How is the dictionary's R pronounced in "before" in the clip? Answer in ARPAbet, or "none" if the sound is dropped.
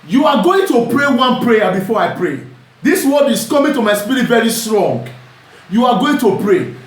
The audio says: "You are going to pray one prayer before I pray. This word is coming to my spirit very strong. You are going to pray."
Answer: R